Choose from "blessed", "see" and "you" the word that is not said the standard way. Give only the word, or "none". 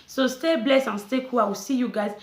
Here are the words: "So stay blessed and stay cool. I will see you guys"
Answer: blessed